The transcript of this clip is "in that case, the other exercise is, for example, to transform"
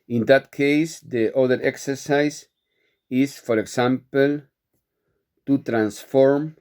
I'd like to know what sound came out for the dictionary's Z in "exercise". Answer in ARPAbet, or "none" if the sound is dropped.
S